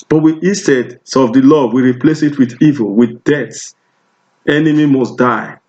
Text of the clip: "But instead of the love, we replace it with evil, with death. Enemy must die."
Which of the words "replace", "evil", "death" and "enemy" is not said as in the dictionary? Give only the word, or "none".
death